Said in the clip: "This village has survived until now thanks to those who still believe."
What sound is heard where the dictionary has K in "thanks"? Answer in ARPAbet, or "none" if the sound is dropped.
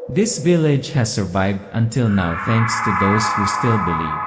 K